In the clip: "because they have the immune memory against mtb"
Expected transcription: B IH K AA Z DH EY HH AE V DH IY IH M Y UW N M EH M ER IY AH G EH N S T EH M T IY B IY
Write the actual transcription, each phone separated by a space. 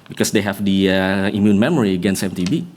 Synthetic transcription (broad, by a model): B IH K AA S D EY HH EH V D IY IH M Y UW N M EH M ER IY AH G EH N S EH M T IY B IY